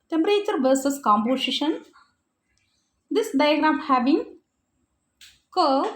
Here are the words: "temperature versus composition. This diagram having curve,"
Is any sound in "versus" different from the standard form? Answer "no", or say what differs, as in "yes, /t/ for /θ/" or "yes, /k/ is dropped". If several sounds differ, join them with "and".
no